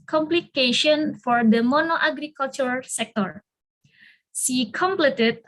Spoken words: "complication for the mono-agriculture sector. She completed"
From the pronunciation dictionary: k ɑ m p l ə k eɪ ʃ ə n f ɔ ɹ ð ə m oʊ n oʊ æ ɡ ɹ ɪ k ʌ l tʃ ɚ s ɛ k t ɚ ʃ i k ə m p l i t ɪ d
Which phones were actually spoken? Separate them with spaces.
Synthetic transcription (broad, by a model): k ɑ m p l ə k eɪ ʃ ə n f ɔ ɹ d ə m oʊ n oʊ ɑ ɡ ɹ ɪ k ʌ l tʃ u s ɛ k t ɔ s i k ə m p l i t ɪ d